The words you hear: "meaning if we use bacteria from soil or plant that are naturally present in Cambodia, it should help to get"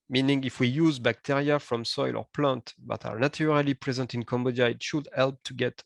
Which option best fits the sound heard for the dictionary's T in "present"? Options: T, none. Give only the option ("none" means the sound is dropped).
T